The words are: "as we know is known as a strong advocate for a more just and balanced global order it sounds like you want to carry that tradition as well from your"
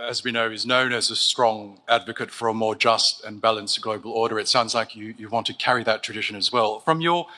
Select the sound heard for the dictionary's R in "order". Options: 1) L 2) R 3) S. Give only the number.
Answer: 2